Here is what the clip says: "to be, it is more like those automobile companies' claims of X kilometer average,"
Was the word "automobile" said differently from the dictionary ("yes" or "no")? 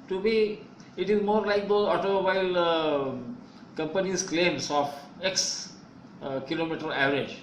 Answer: yes